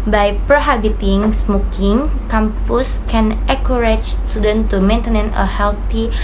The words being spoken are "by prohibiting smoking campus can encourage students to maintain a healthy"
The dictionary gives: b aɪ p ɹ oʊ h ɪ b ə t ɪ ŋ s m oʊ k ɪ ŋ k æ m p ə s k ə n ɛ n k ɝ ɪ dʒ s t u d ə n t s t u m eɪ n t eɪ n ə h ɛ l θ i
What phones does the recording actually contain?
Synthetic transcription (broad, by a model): b aɪ p ɹ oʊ h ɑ b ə t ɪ ŋ s m oʊ k ɪ ŋ k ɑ m p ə s k ə n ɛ k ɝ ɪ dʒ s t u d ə n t t u m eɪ n t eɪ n ə h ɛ l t i